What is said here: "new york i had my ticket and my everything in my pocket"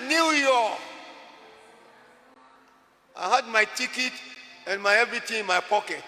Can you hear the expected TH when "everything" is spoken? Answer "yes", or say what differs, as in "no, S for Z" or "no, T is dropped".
no, T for TH